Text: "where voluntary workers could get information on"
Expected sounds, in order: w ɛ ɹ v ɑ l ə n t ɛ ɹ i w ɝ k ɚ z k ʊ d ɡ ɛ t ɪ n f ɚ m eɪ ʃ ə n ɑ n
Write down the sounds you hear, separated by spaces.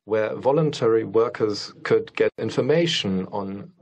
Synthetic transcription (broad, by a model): w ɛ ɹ v ɑ l ə n t ɛ ɹ i w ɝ k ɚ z k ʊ d ɡ ɛ t ɪ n f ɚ m eɪ ʃ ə n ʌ n